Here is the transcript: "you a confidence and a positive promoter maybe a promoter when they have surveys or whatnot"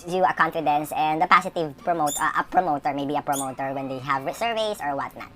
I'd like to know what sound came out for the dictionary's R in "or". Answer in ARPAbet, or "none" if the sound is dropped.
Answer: R